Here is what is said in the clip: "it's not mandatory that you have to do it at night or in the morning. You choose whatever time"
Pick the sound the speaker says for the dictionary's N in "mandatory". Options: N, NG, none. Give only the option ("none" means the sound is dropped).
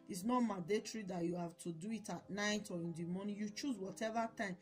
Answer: none